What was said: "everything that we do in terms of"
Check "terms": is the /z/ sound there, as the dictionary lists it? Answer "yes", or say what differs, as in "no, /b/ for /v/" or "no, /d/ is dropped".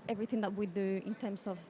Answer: no, /s/ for /z/